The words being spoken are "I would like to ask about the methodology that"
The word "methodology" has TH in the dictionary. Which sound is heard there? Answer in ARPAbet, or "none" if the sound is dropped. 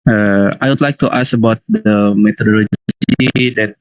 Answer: T